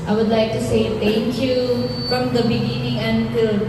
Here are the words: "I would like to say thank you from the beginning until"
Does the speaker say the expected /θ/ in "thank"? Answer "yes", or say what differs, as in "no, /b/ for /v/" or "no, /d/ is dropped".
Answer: no, /t/ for /θ/